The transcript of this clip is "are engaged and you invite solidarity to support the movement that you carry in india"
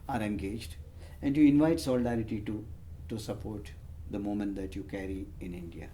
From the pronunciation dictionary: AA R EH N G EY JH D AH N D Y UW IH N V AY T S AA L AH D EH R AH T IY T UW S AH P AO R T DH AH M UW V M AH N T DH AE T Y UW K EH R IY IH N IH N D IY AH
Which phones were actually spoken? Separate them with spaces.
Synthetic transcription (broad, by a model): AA R EH N G EY JH D AH N D Y UW IH N V AY T S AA L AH D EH R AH T IY T UW S AH P AO R T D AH M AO M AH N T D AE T Y UW K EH R IY IH N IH N D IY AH